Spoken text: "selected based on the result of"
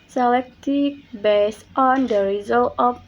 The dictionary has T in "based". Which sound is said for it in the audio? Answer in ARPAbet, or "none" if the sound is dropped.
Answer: T